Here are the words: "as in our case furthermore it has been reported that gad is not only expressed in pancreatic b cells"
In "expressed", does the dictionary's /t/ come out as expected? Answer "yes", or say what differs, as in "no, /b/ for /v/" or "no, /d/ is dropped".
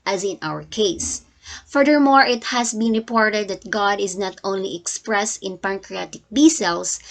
yes